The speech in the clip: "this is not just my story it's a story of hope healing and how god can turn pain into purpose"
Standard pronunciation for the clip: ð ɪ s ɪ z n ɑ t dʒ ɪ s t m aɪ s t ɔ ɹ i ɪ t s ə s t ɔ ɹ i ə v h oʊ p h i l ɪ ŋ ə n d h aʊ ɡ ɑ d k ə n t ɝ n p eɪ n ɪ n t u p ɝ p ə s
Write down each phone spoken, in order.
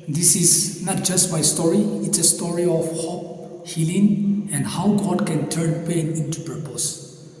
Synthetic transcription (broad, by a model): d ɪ s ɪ s n ɑ t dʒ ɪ s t m aɪ s t ɔ ɹ i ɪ t s ə s t ɔ ɹ i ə f h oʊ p h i l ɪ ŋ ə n h aʊ ɡ ɑ d k ə n t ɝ n p eɪ n ɪ n t u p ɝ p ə s